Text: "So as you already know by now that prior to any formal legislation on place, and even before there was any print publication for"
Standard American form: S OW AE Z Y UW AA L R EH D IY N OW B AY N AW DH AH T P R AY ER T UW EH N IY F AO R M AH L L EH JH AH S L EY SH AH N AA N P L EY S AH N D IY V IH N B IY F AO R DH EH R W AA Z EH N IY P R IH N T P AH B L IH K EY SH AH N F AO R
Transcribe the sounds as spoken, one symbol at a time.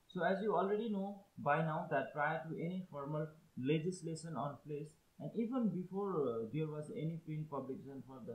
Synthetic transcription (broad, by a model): S OW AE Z Y UW AA L R EH D IY N OW B AY N AW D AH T P R AY ER T UW EH N IY F AO R M AH L L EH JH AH S L EY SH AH N AA N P L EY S AH N D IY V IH N B IY F AO R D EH R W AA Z EH N IY P EH N P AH B L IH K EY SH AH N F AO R